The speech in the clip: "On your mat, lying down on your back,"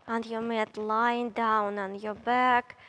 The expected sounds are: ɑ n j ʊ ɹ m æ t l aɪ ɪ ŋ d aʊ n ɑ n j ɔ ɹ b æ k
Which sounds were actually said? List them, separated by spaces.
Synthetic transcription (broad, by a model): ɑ n j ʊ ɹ m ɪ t l aɪ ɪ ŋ d aʊ n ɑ n j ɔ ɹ b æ k